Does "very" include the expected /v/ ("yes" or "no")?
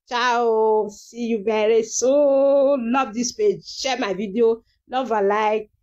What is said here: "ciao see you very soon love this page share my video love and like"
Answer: no